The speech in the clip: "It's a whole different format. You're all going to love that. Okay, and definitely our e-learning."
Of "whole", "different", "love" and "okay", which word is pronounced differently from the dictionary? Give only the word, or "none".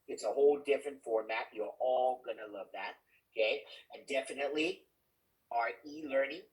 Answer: none